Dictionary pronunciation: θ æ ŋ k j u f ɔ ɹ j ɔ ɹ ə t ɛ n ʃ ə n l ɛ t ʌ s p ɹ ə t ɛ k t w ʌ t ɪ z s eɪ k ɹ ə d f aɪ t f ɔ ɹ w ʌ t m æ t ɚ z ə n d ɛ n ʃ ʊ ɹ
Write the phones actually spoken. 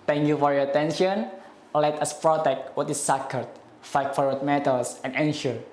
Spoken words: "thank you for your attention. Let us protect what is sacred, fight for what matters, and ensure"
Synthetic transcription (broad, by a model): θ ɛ ŋ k j u f ɔ ɹ j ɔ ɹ ə t ɛ n ʃ ə n l ɛ t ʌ s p ɹ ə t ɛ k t w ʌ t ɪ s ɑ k ə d f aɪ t f ɔ ɹ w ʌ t m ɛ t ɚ s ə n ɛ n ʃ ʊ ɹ